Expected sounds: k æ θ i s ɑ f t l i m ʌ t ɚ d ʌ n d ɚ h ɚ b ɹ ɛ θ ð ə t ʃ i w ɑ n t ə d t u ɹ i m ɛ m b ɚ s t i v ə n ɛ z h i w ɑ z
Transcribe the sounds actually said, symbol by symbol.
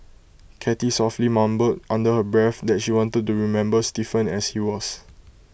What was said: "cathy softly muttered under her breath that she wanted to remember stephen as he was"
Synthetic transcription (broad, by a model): k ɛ t i s ɑ f t l i m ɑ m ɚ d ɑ n d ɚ h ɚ b ɹ ɛ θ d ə t ʃ i w ɑ n t ə d t u ɹ i m ɛ m b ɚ s t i f ə n ɛ s h i w ɑ s